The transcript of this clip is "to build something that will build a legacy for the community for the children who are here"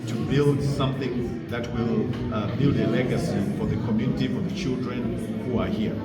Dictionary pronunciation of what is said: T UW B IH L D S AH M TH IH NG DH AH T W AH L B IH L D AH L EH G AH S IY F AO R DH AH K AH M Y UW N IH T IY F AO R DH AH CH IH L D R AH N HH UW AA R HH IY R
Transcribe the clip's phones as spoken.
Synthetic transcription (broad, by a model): T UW B IH L D S AH M TH IH NG DH AH T W AH L B IH L D AH L EH G AH S IY F AO R DH AH K AH M Y UW N IH T IY F AO R DH AH CH IH L D R AH N HH UW AA R HH IY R